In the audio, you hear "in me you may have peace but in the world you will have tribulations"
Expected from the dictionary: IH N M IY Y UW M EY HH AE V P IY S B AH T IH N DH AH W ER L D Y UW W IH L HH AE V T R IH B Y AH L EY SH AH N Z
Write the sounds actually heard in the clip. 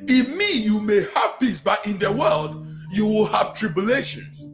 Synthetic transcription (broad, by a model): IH M IY Y UW M EY HH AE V P IY S B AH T IH N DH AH W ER L D Y UW W IH L HH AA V T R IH B Y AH L EY SH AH N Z